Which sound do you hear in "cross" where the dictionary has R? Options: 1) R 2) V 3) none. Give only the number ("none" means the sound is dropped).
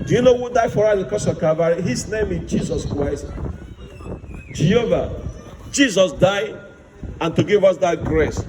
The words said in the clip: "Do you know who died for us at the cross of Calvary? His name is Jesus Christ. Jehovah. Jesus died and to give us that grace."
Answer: 3